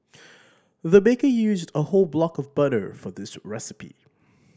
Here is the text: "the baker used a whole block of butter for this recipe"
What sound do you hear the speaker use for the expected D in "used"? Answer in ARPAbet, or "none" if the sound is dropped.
D